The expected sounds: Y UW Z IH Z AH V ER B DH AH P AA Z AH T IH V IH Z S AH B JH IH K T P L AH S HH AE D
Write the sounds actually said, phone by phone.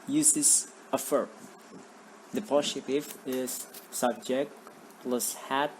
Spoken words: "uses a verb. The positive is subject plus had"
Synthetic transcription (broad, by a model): Y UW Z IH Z AH F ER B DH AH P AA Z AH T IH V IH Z S AH B JH IH K T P L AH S HH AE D